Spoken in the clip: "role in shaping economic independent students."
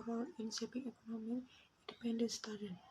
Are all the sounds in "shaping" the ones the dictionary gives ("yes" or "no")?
no